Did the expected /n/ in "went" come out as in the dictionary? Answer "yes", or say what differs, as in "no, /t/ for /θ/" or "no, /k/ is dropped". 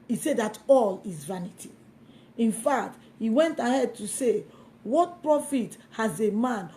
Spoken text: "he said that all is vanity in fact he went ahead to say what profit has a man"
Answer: yes